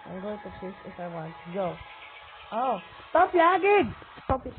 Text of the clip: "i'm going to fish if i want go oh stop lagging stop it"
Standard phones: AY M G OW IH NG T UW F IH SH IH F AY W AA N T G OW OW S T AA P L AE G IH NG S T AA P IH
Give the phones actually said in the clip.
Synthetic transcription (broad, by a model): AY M G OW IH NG T UW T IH S IH F AY W AA N T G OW OW S T AA P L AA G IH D S T AA P